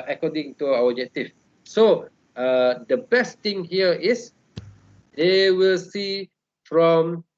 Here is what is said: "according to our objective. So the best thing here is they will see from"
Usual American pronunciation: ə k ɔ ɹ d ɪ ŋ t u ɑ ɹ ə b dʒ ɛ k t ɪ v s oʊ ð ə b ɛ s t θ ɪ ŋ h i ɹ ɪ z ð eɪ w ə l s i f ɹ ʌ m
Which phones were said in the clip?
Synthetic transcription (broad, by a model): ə k ɔ d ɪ ŋ t u ɑ w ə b dʒ ɛ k t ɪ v s oʊ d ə b ɛ s t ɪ ŋ h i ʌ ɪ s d eɪ w ə l s i f ɹ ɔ m